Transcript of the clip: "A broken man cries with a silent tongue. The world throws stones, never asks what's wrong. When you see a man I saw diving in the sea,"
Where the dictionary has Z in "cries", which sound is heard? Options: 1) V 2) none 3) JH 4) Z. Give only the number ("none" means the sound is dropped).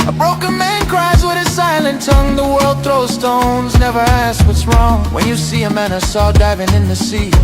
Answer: 4